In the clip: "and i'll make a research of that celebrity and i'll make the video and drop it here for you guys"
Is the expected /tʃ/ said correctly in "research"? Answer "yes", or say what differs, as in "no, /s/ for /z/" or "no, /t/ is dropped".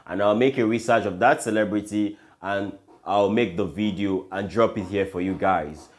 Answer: yes